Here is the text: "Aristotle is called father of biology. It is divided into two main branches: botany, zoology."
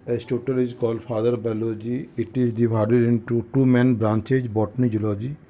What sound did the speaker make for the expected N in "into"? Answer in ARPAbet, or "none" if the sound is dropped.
N